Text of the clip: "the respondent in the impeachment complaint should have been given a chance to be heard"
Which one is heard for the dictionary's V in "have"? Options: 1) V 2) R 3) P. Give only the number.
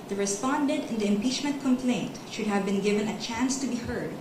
1